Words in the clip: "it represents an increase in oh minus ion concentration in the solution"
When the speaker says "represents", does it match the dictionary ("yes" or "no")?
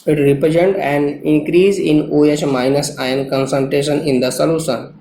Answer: no